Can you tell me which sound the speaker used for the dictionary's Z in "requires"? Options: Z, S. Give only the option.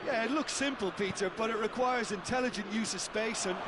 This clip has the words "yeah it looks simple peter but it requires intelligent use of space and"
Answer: Z